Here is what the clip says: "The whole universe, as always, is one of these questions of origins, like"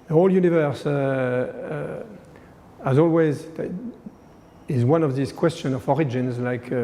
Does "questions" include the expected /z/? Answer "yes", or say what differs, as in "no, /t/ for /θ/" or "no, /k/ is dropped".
no, /z/ is dropped